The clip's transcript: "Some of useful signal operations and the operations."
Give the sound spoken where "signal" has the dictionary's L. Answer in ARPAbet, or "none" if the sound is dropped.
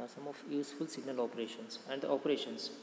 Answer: L